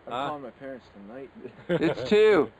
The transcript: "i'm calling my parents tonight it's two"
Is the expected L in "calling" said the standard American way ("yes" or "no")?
no